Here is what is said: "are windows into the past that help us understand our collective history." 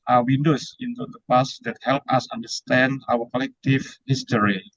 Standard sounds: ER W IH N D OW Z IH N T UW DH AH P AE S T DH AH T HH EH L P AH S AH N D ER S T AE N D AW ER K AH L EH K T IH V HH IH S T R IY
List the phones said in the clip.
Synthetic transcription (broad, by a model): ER W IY N D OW S IH N T UW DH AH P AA S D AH T HH EH L P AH S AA N D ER S T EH N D AW ER K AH L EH K T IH F HH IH S T R IY